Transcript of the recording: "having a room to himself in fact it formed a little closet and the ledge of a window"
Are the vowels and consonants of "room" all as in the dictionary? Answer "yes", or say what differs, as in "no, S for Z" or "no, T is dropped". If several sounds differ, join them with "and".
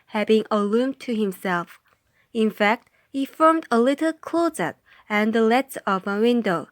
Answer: no, L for R